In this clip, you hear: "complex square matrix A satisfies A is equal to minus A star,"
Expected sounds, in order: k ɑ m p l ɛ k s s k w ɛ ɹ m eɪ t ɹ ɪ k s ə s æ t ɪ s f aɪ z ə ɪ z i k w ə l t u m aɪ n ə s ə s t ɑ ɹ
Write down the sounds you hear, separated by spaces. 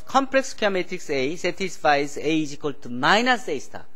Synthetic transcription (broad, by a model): k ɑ m p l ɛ k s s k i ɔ m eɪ t ɪ k s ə s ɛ t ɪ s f aɪ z ə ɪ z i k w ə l t u m aɪ n ə s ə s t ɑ